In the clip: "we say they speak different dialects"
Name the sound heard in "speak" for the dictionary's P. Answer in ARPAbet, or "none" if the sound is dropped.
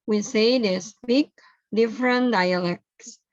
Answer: B